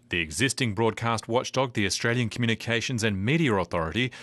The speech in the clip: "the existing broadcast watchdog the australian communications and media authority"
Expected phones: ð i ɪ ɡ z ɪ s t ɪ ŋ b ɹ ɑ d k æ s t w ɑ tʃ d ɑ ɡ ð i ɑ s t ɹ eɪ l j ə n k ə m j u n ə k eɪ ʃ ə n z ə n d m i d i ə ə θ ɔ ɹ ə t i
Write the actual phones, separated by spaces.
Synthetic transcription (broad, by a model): ð i ɪ ɡ z ɪ s t ɪ ŋ b ɹ ɑ d k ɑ s t w ɑ tʃ d ɑ ɡ ð i ɑ s t ɹ eɪ l j ə n k ə m j u n ə k eɪ ʃ ə n z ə n m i d i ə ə θ ɔ ɹ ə t i